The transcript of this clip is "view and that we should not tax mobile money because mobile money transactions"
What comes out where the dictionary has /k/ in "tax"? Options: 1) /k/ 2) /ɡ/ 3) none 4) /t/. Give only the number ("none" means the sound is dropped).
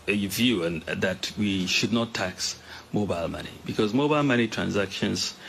1